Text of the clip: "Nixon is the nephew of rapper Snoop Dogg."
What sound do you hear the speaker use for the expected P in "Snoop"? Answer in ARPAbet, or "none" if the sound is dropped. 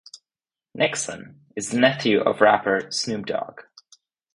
B